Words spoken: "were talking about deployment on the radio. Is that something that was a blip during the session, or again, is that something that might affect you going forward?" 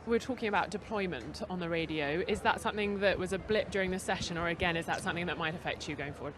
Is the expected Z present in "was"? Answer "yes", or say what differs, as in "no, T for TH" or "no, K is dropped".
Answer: yes